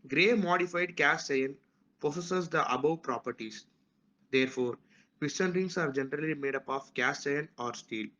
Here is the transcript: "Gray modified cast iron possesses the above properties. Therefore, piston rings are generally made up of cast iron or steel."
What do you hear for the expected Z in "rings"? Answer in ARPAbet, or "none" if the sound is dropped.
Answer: S